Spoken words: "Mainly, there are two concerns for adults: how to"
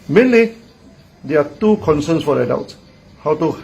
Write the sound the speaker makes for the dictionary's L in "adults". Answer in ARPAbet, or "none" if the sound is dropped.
W